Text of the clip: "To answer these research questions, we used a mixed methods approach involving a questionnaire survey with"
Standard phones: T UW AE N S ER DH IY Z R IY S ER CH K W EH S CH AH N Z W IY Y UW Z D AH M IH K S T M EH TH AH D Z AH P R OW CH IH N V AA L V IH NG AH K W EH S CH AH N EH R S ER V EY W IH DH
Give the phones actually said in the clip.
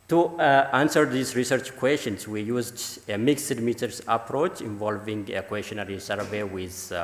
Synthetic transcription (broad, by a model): T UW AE N S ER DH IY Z R IY S ER CH K W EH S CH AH N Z W IY Y UW Z D AH M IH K S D M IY T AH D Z AH P R OW CH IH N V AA L V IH NG AH K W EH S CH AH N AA R S ER V EY W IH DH